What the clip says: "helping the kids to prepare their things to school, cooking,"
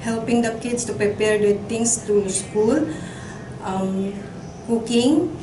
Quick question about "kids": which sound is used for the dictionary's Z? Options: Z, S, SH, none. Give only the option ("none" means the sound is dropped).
S